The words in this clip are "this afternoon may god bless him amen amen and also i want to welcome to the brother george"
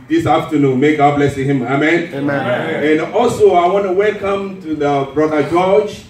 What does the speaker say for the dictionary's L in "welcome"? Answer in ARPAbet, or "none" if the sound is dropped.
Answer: L